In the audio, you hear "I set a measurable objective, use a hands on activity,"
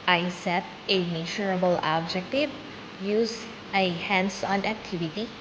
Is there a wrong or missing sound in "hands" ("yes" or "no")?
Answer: yes